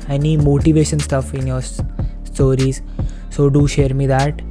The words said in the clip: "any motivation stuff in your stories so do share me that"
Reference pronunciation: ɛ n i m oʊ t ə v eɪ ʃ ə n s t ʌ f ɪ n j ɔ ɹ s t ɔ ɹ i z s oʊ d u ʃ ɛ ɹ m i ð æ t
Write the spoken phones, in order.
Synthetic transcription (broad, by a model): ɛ n i m oʊ t ə v eɪ ʃ ə n s t ʌ f ɪ n j ɔ ɹ s t ɔ ɹ i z s oʊ d u ʃ ɛ ɹ m i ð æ t